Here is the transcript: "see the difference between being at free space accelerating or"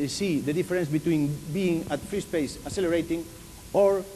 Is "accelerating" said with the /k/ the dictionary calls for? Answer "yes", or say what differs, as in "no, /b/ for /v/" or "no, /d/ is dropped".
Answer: no, /k/ is dropped